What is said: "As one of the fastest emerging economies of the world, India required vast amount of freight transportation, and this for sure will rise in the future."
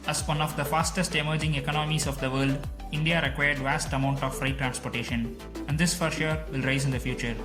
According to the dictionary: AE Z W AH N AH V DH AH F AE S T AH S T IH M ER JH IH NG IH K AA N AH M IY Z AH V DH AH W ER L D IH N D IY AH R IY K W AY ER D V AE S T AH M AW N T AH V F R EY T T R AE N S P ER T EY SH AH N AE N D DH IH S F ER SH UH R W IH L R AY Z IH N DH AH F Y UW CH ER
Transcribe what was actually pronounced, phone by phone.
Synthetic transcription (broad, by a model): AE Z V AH N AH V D AH F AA S T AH S T IH M ER JH IH NG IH K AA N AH M IY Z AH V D AH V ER L D IH N D IY AH R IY K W AY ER D V AE S T AH M AW N T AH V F R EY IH T R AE N S P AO T EY SH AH N AE N D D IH S F ER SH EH R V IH L R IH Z IH N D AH F Y UW CH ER